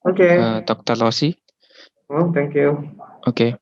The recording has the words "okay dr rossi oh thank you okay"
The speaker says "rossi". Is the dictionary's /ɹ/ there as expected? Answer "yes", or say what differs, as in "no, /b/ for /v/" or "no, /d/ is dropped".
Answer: no, /l/ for /ɹ/